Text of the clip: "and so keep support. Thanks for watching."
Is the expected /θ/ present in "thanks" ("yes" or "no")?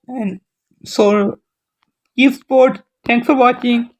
no